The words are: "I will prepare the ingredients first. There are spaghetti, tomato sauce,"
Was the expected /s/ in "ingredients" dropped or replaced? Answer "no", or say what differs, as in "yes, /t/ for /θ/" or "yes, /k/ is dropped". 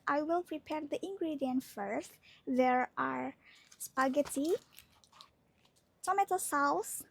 yes, /s/ is dropped